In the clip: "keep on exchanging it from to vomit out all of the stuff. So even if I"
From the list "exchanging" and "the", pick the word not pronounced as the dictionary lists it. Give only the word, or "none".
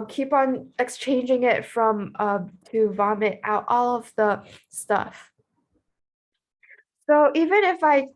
none